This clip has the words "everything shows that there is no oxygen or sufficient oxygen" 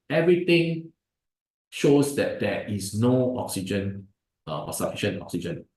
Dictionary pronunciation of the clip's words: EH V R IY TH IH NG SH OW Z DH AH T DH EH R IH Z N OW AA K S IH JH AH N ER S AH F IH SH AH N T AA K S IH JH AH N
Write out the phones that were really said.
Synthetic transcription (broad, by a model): EH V R IY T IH NG SH OW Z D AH T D EH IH S N OW AA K S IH JH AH N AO S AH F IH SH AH N AA K S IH JH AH N